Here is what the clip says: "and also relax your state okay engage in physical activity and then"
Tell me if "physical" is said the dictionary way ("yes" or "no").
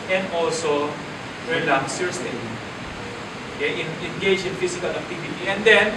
no